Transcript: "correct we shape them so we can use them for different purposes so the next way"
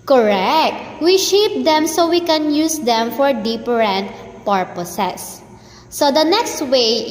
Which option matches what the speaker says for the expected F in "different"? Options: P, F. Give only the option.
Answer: P